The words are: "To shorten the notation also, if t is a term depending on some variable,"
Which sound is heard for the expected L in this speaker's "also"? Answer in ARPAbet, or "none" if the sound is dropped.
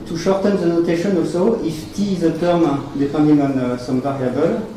none